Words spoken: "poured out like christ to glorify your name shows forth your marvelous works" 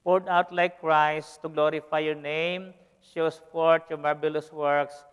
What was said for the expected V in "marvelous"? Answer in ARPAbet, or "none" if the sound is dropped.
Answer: B